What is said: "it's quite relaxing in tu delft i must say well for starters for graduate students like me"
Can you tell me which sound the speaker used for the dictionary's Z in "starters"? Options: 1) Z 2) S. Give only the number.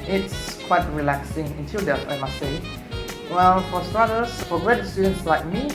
2